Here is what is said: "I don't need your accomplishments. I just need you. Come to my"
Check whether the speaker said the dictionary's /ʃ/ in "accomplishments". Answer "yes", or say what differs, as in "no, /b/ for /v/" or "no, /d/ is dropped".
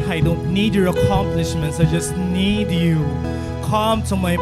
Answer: yes